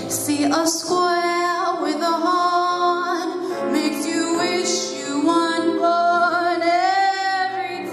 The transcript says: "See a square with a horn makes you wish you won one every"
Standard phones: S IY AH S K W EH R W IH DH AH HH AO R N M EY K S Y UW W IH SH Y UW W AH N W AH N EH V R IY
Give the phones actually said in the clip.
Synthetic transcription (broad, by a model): S IY AH S K W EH L W IH DH AH HH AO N M EY K S Y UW W IH SH Y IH W AH N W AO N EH V R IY